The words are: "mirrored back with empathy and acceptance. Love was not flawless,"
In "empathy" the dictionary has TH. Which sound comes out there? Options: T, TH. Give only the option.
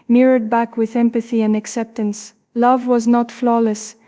TH